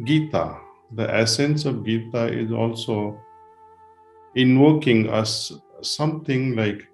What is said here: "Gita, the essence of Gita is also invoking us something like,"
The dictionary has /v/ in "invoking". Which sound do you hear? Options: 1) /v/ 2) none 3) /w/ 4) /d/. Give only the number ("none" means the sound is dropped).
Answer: 3